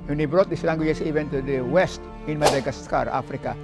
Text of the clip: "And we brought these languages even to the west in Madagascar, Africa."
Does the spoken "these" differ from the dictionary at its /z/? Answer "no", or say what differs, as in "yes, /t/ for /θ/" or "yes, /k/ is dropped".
yes, /s/ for /z/